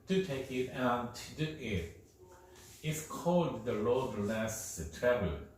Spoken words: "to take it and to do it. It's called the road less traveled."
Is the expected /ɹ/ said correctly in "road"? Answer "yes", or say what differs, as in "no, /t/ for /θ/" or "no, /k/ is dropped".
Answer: no, /l/ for /ɹ/